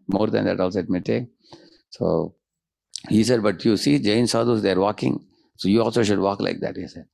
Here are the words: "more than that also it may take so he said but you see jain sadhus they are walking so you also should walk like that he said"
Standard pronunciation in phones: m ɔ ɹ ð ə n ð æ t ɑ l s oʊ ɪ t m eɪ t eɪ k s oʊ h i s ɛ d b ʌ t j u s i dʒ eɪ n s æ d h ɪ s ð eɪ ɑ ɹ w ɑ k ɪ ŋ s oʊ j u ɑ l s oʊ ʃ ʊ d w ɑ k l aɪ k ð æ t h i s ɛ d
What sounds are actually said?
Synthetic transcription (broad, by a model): m ɔ ɹ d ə n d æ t ɑ l s oʊ ɪ t m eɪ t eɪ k s oʊ h i s ɛ d b ʌ t j u s i dʒ eɪ n s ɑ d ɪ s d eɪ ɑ ɹ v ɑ k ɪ ŋ s oʊ j u ɑ l s oʊ ʃ ʊ d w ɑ k l aɪ k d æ t h i s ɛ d